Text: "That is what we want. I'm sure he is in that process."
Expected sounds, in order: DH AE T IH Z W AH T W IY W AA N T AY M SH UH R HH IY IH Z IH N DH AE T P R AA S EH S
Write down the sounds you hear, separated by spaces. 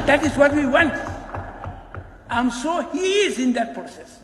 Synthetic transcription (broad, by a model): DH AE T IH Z W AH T W IY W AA N T AY M S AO HH IY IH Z IH N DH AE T P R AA S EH S